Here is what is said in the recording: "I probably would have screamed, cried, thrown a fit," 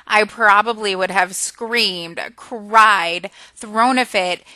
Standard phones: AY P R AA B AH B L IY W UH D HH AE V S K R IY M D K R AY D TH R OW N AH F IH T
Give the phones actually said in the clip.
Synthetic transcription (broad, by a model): AY P R AA B AH B L IY W UH D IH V S K R IY M D K R AY D TH R OW N AH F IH T